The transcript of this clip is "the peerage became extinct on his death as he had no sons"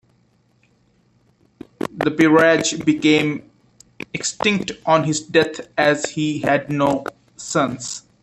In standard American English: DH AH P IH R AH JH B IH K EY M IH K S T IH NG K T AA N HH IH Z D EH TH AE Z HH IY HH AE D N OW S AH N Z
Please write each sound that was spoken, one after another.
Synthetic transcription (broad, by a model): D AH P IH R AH JH B IH K EY M IH K S T IH NG K T AA N HH IH Z D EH T AE Z HH IY HH AE D N OW S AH N S